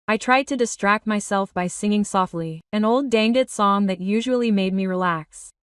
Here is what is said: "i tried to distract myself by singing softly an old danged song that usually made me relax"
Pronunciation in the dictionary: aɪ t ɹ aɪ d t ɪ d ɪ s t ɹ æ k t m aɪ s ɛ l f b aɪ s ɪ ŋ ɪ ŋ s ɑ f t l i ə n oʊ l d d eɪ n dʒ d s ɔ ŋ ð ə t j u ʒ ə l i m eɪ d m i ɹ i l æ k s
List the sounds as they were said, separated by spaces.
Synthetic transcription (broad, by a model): aɪ t ɹ aɪ d t ɪ d ɪ s t ɹ æ k t m aɪ s ɛ l f b aɪ s ɪ ŋ ɪ ŋ s ɑ f t l i ə n oʊ l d d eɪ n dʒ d s ɔ ŋ ð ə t j u ʒ ə l i m eɪ d m i ɹ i l æ k s